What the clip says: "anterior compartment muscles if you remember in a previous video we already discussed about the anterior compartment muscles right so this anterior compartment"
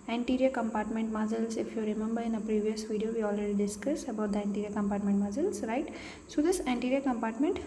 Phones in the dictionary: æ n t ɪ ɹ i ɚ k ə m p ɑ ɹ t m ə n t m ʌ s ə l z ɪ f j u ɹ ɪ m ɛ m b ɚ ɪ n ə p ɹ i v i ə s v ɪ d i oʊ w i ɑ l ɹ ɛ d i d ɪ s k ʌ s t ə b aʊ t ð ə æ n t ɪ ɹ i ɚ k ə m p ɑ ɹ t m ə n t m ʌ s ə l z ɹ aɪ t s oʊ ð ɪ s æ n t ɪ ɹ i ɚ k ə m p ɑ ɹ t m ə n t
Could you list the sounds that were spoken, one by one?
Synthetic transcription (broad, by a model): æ n t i ɹ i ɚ k ə m p ɑ ɹ t m ə n t m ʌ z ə l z ɪ f j u ɹ ɪ m ɛ m b ɚ ɪ n ə p ɹ i v i ə s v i d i oʊ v i ɑ l ɹ ɛ d i d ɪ s k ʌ s ə b aʊ t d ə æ n t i ɹ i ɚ k ə m p ɑ ɹ t m ə n t m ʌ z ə l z ɹ aɪ t s oʊ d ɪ s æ n t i ɹ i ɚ k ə m p ɑ ɹ t m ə n t